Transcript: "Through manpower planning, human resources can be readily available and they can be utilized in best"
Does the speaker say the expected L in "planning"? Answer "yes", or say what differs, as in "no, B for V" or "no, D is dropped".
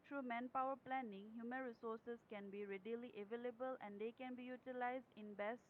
yes